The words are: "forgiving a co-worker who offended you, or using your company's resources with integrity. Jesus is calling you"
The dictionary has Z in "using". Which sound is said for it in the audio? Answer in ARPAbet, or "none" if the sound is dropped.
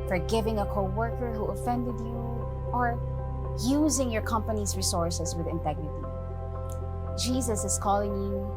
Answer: Z